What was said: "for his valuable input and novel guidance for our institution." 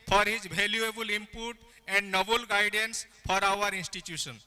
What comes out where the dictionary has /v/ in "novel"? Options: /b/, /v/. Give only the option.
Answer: /b/